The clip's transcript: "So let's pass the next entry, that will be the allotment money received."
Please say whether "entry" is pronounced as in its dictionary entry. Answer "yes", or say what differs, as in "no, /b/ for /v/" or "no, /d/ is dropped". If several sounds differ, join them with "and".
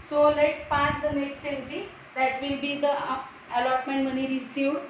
no, /ɹ/ is dropped